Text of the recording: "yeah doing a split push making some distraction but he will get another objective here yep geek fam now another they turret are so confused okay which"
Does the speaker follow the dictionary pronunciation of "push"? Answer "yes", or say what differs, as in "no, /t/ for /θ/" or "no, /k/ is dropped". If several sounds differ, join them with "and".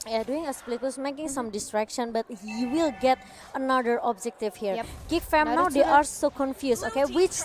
no, /s/ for /ʃ/